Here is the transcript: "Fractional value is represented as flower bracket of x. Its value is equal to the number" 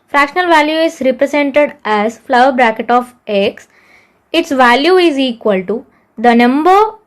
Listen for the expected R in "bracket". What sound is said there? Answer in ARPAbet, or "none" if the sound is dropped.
R